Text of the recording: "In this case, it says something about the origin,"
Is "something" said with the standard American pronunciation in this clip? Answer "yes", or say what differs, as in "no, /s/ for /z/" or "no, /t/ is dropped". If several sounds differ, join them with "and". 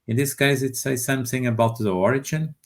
yes